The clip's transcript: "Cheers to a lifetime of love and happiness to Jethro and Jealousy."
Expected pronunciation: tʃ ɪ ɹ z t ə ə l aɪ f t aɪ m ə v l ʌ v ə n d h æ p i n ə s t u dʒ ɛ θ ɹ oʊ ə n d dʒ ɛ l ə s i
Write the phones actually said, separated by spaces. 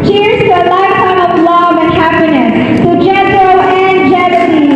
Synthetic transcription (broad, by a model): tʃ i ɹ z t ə ə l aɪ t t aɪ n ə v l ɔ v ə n h æ p i n ə s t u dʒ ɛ t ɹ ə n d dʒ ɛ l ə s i